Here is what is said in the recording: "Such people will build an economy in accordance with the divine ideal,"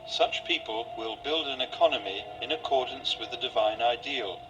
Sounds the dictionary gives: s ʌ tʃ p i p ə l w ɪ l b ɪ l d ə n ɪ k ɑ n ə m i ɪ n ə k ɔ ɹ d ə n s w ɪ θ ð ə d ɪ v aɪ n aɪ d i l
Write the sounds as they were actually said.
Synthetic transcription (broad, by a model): s ʌ tʃ p i p ə l w ɪ l b ɪ l d ə n ɪ k ɑ n ə m i ɪ n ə k ɔ ɹ d n s w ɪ ð ə d ɪ v aɪ n aɪ d i l